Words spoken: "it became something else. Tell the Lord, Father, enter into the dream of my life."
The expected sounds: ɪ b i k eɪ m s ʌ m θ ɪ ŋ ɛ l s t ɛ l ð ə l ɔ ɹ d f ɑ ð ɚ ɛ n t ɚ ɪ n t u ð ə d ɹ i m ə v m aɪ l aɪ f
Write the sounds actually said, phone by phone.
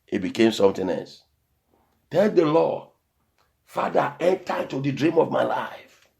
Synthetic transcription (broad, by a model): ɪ b i k eɪ m s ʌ m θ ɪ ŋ ɛ l s t ɛ l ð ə l ɔ f ɑ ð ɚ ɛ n t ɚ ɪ t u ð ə d ɹ i m ə v m aɪ l aɪ f